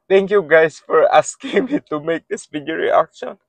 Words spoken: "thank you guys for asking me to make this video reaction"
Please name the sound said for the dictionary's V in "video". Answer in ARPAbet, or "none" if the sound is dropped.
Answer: B